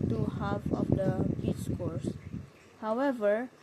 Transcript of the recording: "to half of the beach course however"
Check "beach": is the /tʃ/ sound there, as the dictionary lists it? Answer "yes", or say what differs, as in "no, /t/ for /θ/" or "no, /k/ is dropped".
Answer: no, /s/ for /tʃ/